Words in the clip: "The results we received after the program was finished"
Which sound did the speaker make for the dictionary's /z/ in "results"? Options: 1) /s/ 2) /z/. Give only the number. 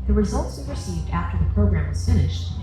2